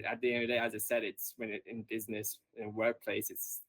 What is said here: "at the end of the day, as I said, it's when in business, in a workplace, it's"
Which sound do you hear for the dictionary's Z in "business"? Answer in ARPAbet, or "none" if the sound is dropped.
Z